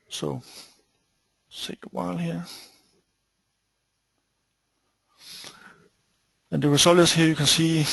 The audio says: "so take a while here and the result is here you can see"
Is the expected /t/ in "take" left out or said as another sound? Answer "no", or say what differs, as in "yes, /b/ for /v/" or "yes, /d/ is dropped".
yes, /s/ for /t/